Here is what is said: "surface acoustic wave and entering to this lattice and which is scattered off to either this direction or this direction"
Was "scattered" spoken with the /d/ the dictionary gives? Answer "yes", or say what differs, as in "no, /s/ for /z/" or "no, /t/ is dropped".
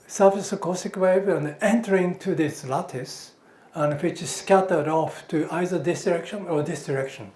yes